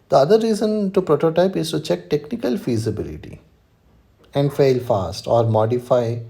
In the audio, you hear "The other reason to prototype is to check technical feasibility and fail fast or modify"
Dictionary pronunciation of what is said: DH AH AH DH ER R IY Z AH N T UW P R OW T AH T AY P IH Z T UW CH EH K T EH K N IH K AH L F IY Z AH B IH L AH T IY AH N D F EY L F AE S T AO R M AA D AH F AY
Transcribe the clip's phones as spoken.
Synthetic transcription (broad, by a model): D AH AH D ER R IY Z AH N T UW P R OW T AH T AY P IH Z T UW CH EH K T EH K N IH K AH L F IY Z AH B IH L AH T IY AH N D F EY L F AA S T AO R M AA D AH F AY